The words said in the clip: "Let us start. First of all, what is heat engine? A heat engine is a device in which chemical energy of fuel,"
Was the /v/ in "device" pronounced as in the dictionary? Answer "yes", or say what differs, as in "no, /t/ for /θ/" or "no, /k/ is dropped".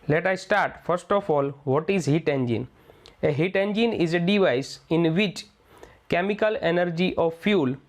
yes